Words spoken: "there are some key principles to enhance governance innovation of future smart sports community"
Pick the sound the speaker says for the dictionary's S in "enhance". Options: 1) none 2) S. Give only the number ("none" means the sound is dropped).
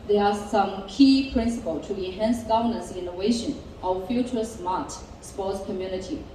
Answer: 2